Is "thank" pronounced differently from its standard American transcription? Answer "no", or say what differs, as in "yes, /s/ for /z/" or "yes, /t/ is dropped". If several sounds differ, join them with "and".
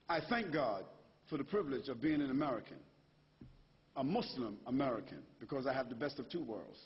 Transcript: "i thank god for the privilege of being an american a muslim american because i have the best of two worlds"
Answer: no